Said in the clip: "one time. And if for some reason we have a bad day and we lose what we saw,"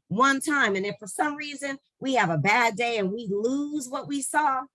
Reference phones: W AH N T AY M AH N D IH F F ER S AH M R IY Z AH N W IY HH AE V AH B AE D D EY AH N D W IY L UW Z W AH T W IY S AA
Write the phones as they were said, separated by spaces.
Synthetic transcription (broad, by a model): W AH N T AY M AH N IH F F ER S AH M R IY Z AH N W IY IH V AH B AE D D EY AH N W IY L UW Z W AH T W IY S AA